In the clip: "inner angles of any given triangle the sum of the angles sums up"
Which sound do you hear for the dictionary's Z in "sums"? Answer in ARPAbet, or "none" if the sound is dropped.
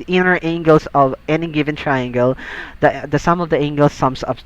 S